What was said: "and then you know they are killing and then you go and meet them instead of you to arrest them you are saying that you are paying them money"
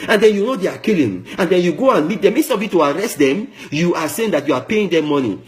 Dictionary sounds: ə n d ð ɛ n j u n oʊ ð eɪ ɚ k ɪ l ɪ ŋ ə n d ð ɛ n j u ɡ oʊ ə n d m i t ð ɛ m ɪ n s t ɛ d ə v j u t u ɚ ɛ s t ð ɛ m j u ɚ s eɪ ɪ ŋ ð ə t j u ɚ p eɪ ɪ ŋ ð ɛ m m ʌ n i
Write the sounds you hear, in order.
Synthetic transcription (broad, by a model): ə n d ɛ n j u n oʊ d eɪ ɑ k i l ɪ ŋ ə n d ɛ n j u ɡ oʊ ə n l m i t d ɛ m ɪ s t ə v j u t u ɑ ɛ s t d ɛ m j u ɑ s eɪ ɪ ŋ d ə t j u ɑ p eɪ ɪ ŋ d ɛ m m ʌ n i